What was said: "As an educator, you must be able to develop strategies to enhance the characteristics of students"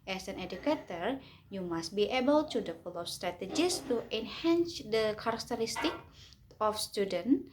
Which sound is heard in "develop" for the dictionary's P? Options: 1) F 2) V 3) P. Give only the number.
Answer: 1